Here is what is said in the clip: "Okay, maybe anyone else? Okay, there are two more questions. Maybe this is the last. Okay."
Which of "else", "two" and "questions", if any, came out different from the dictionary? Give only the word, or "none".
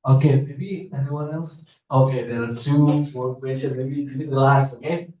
questions